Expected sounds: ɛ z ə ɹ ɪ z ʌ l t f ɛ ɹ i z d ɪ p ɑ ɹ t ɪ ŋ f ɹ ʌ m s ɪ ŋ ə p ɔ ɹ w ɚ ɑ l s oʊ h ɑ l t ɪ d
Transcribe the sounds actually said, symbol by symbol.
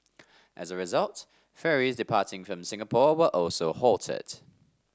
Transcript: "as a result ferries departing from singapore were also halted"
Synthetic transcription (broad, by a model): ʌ z ə ɹ ɪ z ʌ l t f ɛ ɹ i z d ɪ p ɑ t ɪ ŋ f ɹ ʌ m s ɪ ŋ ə p ɔ w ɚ ɑ l s oʊ h ɑ l t ɪ d